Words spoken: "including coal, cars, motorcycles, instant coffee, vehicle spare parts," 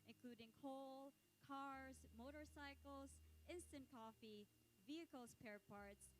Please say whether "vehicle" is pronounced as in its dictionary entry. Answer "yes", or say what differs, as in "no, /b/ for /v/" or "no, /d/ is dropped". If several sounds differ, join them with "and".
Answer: yes